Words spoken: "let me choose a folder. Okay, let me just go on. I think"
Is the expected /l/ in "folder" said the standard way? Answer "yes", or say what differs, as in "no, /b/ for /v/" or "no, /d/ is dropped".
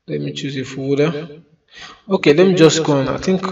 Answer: no, /l/ is dropped